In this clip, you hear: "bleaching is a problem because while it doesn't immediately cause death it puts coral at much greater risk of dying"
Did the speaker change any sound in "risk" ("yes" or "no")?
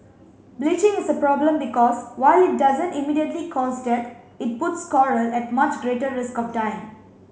no